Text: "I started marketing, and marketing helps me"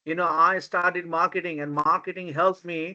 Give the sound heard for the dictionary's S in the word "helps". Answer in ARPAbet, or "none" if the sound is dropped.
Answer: none